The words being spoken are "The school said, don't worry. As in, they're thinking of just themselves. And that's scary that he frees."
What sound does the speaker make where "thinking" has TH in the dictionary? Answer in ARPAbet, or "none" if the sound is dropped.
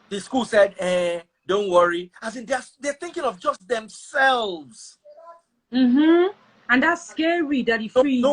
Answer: TH